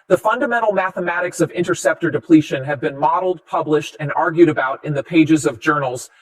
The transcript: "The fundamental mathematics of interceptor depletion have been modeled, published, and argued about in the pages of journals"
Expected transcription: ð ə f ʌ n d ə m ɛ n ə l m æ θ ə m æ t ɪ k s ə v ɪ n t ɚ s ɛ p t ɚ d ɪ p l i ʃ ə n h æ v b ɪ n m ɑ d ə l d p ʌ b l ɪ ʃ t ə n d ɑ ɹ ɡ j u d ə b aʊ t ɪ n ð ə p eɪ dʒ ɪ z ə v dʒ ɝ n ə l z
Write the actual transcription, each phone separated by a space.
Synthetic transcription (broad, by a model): ð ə f ʌ n d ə m ɛ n l m æ θ ə m æ t ɪ k s ə v ɪ n t ɚ s ɛ p t ɚ d ɪ p l i ʃ ə n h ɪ v b ɪ n m ɑ d l d p ʌ b l ɪ ʃ t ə n ɑ ɹ ɡ j u d ə b aʊ t ɪ n ð ə p eɪ dʒ ɪ z ə v dʒ ɝ n l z